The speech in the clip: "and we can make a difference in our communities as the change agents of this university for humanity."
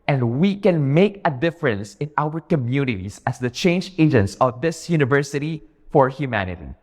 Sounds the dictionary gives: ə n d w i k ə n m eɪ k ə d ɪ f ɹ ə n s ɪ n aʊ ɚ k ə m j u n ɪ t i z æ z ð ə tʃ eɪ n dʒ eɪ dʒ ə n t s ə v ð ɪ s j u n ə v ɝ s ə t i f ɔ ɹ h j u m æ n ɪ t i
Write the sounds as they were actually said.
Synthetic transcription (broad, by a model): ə n d w i k ə n m eɪ k ə d ɪ f ɹ ə n s ɪ n aʊ ɚ k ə m j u n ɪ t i s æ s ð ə tʃ eɪ n dʒ eɪ dʒ ə n t s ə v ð ɪ s j u n ə v ɝ s ə t i f ɔ ɹ h j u m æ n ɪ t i